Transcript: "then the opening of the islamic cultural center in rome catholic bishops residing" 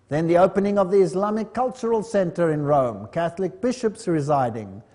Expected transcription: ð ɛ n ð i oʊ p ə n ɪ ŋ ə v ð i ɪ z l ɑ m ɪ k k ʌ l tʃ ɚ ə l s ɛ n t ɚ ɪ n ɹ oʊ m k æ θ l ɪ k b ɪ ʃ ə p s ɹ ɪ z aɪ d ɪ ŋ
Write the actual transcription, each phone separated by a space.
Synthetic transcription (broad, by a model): ð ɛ n ð i oʊ p ə n ɪ ŋ ə v ð i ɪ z l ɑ m ɪ k k ʌ l tʃ ɚ ə l s ɛ n t ɚ ɪ n ɹ oʊ m k æ θ l ɪ k b ɪ ʃ ə p s ɹ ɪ z aɪ d ɪ ŋ